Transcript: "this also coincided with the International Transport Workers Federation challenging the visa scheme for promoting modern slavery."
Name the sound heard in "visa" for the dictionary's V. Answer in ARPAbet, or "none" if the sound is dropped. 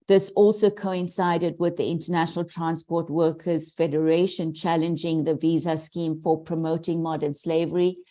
V